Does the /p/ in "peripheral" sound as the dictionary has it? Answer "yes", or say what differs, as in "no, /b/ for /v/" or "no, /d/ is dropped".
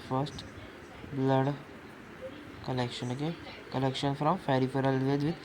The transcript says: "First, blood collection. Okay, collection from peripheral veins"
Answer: no, /f/ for /p/